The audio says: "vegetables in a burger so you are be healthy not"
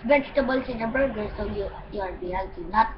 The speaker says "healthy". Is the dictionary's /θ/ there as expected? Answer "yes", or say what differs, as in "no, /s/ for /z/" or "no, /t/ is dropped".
no, /t/ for /θ/